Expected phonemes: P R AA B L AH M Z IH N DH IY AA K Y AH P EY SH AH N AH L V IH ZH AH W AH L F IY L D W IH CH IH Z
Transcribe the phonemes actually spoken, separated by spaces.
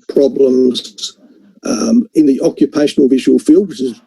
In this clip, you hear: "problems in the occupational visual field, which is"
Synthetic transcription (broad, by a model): P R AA B L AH M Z IH N DH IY AA K Y AH P EY SH AH N AH L V IH ZH AH W AH L F IY L D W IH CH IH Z